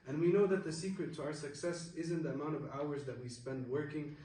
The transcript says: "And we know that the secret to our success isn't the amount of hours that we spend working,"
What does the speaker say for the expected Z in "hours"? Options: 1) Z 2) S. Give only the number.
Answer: 1